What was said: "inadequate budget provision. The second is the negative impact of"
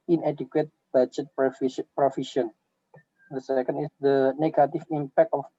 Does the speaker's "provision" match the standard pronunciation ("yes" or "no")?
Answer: no